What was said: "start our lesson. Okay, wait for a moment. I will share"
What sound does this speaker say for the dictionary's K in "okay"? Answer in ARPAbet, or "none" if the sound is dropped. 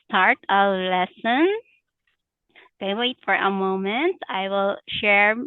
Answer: none